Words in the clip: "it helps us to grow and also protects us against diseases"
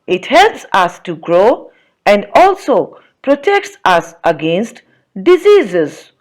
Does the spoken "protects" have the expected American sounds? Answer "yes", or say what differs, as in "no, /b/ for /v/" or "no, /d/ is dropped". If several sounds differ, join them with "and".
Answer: yes